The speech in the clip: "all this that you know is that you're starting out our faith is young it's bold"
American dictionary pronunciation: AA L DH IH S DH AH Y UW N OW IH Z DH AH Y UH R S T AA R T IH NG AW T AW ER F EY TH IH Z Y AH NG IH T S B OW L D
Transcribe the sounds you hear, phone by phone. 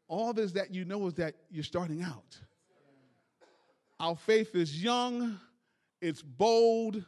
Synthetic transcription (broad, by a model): AA L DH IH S DH AH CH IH N OW IH Z DH AH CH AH R S T AA R T IH NG AW T AW ER F EY TH IH Z Y AH NG IH T S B OW L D